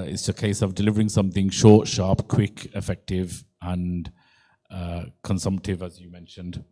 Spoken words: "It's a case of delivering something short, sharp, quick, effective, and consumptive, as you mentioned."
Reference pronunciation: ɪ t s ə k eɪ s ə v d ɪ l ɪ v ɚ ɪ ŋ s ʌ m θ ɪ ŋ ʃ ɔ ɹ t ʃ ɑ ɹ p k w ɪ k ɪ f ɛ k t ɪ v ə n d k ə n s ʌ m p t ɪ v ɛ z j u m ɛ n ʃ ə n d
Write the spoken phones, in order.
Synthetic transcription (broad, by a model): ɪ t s ə k eɪ s ə v d ɪ l ɪ v ɚ ɪ ŋ s ʌ m θ ɪ ŋ ʃ ɔ t ʃ ɑ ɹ p k w ɪ k ɪ f ɛ k t ɪ v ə n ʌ k ə n s ʌ m p t ɪ v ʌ z j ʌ m ɛ n ʃ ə n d